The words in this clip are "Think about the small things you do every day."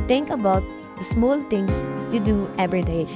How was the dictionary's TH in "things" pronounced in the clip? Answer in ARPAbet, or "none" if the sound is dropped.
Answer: T